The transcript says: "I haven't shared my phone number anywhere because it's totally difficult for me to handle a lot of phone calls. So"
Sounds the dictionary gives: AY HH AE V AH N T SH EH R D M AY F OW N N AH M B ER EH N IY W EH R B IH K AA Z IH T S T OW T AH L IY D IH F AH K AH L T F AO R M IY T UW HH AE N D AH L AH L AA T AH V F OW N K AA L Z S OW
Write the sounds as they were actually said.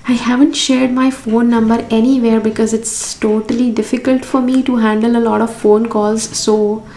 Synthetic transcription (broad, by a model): AY HH AE V AH N T SH EH R D M AY F OW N N AH M B ER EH N IY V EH R B IH K AA Z IH T S T OW T AH L IY D IH F AH K AH L T F AO R M IY T UW HH AE N D AH L AH L AA T AH V F OW N K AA L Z S OW